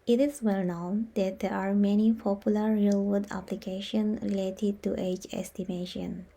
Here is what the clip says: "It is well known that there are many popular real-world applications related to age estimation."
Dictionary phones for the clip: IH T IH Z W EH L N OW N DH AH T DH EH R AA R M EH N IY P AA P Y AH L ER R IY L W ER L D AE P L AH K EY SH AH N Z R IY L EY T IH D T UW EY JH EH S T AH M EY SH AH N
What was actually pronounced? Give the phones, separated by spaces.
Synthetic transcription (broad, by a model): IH T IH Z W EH L N OW N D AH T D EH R AA R M EH N IY P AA P Y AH L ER R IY L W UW D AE P L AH K EY SH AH N R IY L EY T IH D T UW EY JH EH S T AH M EY SH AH N